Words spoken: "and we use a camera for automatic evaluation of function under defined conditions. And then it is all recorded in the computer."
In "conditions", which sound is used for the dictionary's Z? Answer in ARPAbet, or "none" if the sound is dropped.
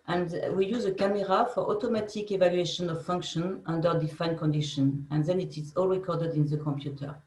none